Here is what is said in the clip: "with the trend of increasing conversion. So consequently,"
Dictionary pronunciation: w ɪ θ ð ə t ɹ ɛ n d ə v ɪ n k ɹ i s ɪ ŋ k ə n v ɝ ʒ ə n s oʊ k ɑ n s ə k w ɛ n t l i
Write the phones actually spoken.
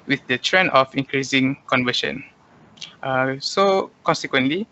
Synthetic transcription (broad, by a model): w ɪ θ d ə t ɹ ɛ n ə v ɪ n k ɹ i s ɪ ŋ k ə n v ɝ ʃ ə n s oʊ k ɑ n s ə k w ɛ n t l i